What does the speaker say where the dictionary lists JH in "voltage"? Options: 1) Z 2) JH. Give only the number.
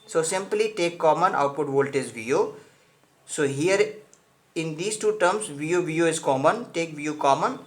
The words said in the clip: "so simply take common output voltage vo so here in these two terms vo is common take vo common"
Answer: 1